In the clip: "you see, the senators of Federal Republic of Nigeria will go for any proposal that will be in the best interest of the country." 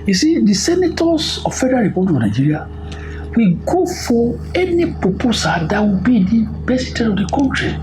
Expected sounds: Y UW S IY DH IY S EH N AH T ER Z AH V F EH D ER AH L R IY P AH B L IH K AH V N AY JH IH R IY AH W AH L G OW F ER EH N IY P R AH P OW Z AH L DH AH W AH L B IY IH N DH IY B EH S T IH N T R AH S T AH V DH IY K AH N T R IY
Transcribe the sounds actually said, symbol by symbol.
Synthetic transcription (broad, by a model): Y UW S IY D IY S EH N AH T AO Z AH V F EH D ER AH L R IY P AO B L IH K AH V N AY JH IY R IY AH W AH G OW F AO EH N IY P R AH P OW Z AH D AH W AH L B IY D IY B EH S IY T AH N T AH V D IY K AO N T R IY